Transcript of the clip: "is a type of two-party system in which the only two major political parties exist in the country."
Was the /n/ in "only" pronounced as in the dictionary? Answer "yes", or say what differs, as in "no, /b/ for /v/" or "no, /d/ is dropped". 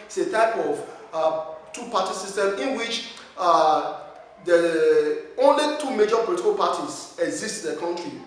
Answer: yes